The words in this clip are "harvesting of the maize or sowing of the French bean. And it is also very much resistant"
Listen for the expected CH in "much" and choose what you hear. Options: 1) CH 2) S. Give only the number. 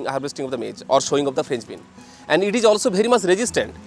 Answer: 2